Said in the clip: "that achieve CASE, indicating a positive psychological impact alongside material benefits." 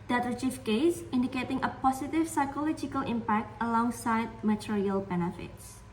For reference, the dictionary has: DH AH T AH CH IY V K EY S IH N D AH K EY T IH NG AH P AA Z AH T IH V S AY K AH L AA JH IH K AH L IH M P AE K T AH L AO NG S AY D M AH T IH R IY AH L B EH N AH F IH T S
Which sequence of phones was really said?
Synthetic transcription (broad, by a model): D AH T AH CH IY F K EY S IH N D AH K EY T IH NG AH P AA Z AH T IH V S AY K AH L AA JH IH K AH L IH M P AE K T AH L AO NG S AY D M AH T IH R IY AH L B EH N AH F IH T S